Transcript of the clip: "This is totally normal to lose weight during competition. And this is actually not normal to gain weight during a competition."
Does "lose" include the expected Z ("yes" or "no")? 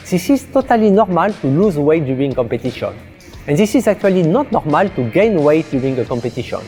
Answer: yes